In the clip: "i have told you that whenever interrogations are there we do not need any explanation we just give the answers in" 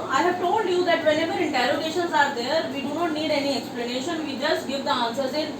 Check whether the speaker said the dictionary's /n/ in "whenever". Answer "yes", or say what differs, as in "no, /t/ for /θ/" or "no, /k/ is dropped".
no, /l/ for /n/